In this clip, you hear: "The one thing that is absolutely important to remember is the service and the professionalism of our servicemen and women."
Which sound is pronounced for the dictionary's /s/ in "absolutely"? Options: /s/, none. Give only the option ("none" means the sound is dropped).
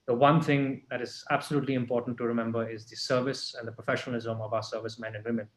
/s/